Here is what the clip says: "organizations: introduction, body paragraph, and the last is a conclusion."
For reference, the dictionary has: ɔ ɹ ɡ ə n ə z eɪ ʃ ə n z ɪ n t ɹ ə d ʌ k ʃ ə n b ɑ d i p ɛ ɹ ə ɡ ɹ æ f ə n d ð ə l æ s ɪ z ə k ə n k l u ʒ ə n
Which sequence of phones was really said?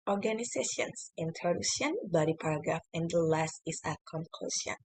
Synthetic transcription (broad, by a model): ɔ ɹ ɡ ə n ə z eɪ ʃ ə n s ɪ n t ə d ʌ ʃ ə n b ɑ d i p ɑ ɹ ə ɡ ɹ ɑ f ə n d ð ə l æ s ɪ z ə k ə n k l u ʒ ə n